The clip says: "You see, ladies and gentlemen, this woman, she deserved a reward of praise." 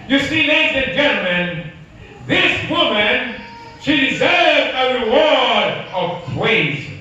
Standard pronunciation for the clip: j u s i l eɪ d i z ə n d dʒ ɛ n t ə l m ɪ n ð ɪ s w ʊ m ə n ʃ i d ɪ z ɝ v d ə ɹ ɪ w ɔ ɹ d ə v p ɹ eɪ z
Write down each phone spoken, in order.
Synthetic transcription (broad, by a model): j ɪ s i n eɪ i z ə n dʒ ɛ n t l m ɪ n ð ɪ s w ʊ m ə n ʃ i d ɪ z ɝ v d ə ɹ ɪ w ɔ ɹ d ə v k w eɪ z